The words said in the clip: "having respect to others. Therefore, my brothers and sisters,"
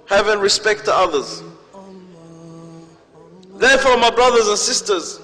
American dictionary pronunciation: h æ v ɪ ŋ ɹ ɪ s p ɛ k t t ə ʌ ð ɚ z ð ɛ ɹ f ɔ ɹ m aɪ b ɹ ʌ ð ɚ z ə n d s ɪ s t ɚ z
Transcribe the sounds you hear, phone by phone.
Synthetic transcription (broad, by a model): h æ v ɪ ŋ ɹ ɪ s p ɛ k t t ə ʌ ð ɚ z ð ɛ f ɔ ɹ m aɪ b ɹ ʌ ð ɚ z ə n s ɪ s t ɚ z